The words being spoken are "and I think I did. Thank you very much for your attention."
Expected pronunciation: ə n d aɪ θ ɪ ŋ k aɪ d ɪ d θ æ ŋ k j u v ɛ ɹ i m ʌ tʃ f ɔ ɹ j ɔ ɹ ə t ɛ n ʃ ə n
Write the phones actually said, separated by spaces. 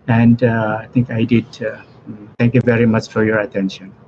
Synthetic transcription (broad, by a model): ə n d aɪ t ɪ ŋ k aɪ d ɪ d t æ ŋ k j u v ɛ ɹ i m ʌ tʃ f ɔ ɹ j ɔ ɹ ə t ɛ n ʃ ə n